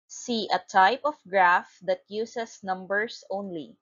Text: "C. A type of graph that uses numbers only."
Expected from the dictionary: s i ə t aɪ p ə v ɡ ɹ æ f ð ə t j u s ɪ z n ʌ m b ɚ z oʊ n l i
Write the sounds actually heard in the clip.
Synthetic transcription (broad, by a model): s i ə t aɪ p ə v ɡ ɹ æ f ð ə t j u s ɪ s n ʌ m b ɚ s oʊ n l i